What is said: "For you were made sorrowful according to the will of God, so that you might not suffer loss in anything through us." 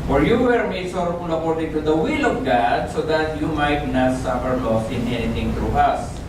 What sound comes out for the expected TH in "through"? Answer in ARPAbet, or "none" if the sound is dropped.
T